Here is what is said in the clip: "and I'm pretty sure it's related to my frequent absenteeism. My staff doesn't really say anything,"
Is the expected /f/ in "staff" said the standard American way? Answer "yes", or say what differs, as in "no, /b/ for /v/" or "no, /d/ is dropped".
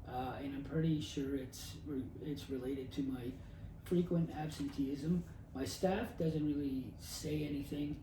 yes